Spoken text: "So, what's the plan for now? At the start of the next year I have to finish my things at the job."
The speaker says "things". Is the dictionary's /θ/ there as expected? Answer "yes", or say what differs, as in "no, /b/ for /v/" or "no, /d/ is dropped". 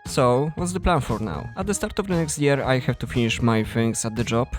no, /f/ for /θ/